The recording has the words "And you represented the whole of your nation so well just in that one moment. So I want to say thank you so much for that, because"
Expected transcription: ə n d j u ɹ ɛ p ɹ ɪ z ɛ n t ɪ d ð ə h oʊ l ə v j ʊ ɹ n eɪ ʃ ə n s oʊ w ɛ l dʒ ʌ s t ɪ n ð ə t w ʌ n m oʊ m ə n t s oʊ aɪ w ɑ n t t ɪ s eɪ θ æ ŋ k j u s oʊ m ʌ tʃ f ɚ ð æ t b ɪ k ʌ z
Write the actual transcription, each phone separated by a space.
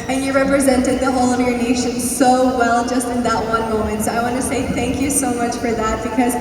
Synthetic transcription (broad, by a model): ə n j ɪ ɹ ɛ p ɹ ɪ z ɛ n t ɪ d ð ə h oʊ l ə v j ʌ ɹ n eɪ ʃ ə n s oʊ w ɛ l dʒ ʌ s t ɪ n ð ə t w ʌ n m oʊ m ə n t s oʊ aɪ w ɑ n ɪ s eɪ θ æ ŋ k j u s oʊ m ʌ tʃ f ɚ ð æ t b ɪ k ʌ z